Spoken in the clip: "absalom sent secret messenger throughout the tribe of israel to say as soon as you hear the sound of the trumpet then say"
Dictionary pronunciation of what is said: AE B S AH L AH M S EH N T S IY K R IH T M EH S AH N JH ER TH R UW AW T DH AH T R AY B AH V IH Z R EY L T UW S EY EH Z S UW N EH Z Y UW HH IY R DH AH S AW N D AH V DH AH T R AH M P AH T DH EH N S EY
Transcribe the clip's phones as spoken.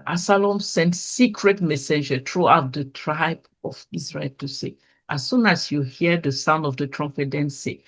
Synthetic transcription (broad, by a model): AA S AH L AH M S EH N T S IY K R IH T M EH S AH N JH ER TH R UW AW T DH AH T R AY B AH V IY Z R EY L T UW S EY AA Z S UW N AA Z Y UW HH IY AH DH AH S AW N D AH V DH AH T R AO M F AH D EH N S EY